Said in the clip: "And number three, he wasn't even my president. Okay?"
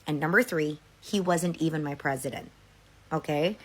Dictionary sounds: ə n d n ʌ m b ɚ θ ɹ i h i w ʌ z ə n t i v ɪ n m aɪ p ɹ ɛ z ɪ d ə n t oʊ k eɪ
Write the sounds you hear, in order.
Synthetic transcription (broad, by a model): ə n n ʌ m b ɚ θ ɹ i h i w ʌ z ə n t i v ɪ n m aɪ p ɹ ɛ z ɪ d ə n t oʊ k eɪ